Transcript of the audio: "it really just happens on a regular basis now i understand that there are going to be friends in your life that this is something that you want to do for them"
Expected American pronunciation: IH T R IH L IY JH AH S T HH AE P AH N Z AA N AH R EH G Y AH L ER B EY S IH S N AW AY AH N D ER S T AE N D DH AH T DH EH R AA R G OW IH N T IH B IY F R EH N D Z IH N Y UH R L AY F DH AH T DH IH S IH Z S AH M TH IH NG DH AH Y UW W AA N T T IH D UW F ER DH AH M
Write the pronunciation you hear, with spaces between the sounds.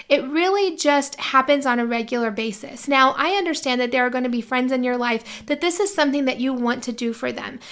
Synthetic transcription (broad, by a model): IH T R IH L IY JH AH S T HH AE P AH N Z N AH R EH G Y L ER B EY S IH S N AW AY AH N D ER S T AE N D DH AH T DH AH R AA R G OW IH N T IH B IY F R EH N D Z IH N Y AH R L AY F DH AH T DH IH S IH Z S AH M TH IH NG DH AH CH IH W AA N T T IH D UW F ER DH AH M